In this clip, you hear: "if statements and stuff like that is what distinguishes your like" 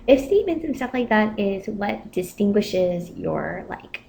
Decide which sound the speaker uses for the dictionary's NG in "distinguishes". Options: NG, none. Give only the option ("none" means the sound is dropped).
NG